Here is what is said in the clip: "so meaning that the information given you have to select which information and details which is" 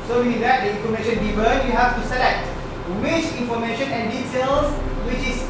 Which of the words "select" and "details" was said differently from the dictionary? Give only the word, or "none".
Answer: details